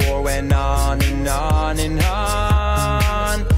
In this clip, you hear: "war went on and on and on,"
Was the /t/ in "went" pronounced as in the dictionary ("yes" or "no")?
no